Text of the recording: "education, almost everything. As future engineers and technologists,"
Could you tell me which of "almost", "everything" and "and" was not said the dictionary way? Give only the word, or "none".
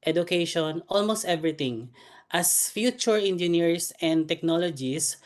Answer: everything